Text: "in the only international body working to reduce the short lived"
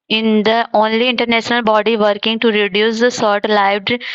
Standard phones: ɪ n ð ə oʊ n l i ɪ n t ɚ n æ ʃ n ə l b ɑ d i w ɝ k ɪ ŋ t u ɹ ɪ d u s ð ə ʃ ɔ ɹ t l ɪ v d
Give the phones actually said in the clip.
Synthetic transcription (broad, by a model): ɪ n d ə oʊ n l i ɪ n t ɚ n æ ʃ n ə l b ɑ d i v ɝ k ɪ ŋ t u ɹ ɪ d u s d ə s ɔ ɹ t l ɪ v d